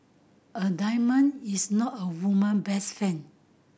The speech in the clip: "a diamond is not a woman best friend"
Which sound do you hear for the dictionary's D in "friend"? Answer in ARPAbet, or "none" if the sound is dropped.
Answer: none